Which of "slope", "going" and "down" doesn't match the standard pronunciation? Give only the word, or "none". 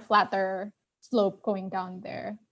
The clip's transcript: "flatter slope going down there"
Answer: none